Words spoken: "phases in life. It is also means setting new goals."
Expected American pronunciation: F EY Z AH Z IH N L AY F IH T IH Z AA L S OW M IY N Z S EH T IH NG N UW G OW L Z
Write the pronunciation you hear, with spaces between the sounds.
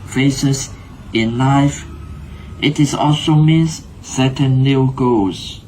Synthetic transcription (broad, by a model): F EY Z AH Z IH N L AY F IH T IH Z AA L S OW M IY N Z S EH T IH N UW G OW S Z